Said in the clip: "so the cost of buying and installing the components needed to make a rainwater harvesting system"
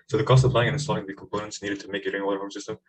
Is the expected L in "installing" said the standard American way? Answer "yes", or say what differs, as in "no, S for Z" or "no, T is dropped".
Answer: no, L is dropped